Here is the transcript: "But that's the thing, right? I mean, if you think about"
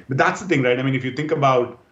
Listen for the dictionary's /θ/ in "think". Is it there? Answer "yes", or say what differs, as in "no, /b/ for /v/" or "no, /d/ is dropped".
no, /t/ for /θ/